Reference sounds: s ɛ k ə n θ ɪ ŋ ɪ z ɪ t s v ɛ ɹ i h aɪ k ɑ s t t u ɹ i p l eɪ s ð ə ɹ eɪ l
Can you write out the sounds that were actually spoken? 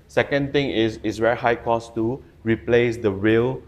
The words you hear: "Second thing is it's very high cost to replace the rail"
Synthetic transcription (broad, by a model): s ɛ k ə n t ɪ ŋ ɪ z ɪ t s w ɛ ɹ h aɪ k ɑ s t t u ɹ i p l eɪ s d ə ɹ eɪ l